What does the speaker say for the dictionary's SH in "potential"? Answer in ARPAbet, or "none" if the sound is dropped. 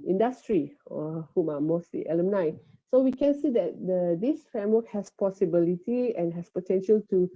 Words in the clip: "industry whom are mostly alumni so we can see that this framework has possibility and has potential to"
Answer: SH